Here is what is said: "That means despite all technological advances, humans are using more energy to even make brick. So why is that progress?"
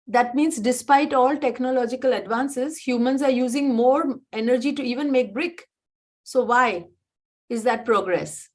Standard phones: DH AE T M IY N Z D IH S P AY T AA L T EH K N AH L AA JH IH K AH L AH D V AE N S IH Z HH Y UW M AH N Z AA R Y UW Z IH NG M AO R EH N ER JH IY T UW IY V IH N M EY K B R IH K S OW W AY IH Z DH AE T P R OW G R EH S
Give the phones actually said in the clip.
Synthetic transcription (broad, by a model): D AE T M IY N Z D IH S P AY T AA L T EH K N AH L AA JH IH K AH L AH D V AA N S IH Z HH Y UW M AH N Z AA R Y UW Z IH NG M AO R EH N ER JH IY T UW IY V IH N M EY K B R IH K S OW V AY IH Z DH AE T P R OW G R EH S